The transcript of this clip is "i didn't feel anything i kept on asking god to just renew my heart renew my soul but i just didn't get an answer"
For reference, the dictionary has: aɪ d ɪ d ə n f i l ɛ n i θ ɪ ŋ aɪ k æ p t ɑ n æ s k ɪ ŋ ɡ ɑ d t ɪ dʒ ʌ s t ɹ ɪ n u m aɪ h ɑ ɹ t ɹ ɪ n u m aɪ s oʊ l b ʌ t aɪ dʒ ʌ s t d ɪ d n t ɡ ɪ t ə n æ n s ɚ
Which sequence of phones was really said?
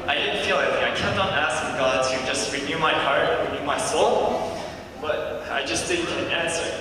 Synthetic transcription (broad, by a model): aɪ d ɪ d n f i l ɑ i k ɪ aɪ k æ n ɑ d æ s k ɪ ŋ ɡ ɑ d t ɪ dʒ ʌ s t ɹ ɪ n u m aɪ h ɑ ɹ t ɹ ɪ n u m aɪ s oʊ l b ʌ t aɪ dʒ ʌ s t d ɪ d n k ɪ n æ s